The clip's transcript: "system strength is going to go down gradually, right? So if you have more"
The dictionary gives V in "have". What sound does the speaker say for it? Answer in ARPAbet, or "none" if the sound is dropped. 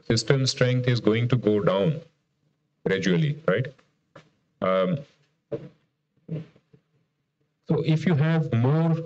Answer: V